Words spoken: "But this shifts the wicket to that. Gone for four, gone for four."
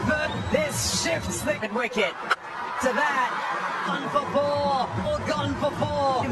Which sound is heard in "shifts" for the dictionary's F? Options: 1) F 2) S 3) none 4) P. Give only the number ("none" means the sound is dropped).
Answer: 1